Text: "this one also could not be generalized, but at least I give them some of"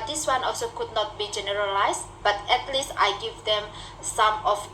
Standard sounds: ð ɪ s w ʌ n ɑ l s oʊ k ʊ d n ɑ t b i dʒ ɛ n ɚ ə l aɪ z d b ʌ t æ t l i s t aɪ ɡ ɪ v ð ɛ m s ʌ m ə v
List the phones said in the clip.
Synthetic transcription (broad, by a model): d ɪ s w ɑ n ɑ l s oʊ k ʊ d n ɑ t b i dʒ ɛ n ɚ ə l aɪ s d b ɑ t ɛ t l i s t aɪ ɡ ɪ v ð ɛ m s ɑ m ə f